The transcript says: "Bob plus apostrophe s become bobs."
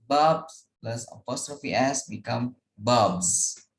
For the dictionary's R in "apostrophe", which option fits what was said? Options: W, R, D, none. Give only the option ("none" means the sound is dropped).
R